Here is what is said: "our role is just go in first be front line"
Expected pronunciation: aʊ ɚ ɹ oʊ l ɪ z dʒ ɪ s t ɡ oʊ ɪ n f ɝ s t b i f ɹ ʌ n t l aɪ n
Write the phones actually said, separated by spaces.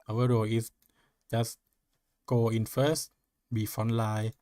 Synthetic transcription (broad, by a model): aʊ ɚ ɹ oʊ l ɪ s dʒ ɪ s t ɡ oʊ ɪ n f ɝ s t b i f ɔ n l aɪ